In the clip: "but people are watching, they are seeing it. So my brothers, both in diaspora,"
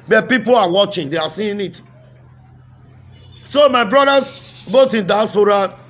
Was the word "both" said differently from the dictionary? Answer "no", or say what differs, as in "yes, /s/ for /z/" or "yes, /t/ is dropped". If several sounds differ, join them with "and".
yes, /t/ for /θ/